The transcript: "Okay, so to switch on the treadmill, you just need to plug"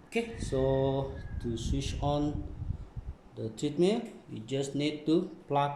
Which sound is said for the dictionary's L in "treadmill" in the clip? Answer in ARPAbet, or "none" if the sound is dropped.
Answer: N